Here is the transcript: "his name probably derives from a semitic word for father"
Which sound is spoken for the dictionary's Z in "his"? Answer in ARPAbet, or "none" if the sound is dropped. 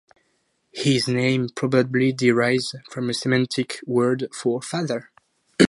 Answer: Z